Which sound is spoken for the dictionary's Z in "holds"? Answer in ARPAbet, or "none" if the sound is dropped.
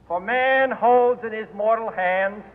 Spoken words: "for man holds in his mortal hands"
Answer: Z